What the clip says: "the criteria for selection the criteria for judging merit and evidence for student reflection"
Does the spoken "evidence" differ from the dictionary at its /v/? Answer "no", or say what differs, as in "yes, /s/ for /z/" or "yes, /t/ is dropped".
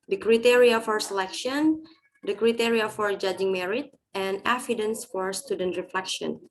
yes, /f/ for /v/